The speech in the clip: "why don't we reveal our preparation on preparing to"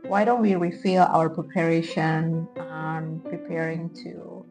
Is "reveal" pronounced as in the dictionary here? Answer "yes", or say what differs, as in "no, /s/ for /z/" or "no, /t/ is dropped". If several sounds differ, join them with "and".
no, /f/ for /v/